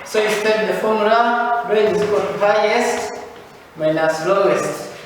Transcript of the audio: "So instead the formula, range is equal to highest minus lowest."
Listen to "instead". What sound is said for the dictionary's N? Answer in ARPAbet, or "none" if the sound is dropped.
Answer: none